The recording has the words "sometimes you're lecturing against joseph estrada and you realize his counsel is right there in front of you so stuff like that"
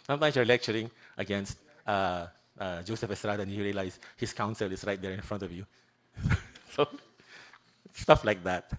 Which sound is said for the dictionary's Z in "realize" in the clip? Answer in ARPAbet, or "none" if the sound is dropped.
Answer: S